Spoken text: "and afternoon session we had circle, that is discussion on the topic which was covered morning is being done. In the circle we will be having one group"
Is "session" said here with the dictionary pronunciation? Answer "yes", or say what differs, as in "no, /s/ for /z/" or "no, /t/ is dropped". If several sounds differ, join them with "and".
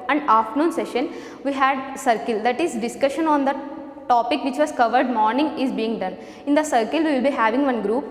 yes